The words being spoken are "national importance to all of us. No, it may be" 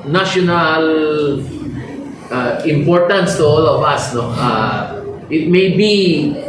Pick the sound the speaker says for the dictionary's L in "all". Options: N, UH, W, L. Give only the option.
L